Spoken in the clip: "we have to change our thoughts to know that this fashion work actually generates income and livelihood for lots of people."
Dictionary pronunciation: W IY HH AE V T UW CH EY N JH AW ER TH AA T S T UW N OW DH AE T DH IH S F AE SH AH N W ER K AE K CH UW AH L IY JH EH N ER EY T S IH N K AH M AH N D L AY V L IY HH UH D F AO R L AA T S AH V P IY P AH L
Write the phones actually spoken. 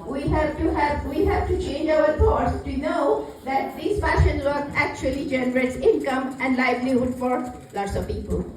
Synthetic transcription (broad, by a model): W IY HH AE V T UW CH EY N JH AW ER F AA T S T UW N OW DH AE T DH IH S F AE SH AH N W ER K AE K CH UW AH L IY JH EH N ER EY T S IH N K AH M AH N D L AY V L IY HH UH D F AO R L AA T S AH V P IY P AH L